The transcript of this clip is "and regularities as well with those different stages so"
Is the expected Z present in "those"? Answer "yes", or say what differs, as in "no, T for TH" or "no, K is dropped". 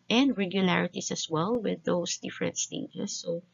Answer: no, S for Z